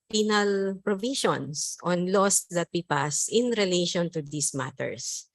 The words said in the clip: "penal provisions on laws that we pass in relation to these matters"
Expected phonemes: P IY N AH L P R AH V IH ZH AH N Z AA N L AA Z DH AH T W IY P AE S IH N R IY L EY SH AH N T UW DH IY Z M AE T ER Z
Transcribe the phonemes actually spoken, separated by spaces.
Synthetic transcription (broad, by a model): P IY N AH L P R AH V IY SH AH N S AA N L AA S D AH T W IY P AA S IH N R IY L EY SH AH N T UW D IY S M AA T ER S